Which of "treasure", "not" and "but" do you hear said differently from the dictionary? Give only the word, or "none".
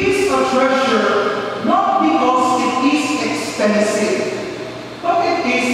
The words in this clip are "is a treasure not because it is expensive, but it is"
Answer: treasure